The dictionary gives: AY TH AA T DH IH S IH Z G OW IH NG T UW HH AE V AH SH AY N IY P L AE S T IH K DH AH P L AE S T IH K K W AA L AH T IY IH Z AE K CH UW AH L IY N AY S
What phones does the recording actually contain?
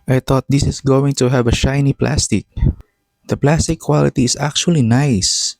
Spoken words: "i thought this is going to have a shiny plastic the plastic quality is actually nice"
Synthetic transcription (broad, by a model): AY T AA T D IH S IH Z G OW IH NG T UW HH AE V AH SH AY N IY P L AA S T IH K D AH P L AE S T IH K K W AA L AH T IY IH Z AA K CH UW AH L IY N AY S